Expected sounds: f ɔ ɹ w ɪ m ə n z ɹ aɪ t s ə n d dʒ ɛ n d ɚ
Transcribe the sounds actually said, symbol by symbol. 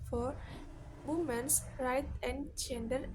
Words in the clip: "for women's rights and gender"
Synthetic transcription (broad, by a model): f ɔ ɹ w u m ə n s ɹ aɪ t ə n d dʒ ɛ n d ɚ